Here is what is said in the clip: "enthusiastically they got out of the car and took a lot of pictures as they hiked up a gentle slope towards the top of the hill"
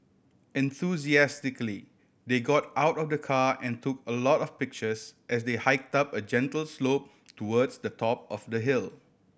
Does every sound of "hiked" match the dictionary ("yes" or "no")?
yes